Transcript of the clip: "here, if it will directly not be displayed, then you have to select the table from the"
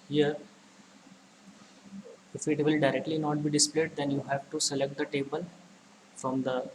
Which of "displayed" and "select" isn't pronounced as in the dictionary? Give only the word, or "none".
none